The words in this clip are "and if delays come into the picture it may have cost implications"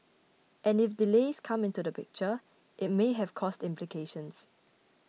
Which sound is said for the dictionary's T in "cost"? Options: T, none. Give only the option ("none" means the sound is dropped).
T